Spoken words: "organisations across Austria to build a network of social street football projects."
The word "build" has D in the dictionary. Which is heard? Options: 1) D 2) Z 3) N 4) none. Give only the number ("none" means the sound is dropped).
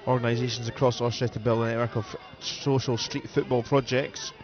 4